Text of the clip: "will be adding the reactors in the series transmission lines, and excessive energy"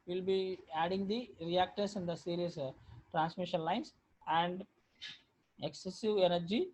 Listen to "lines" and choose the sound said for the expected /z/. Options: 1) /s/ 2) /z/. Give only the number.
1